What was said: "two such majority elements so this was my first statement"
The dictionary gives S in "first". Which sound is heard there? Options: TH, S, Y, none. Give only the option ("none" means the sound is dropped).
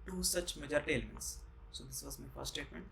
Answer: none